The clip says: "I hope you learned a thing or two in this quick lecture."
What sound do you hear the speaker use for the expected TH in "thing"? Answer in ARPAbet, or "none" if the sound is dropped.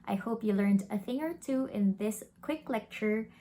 TH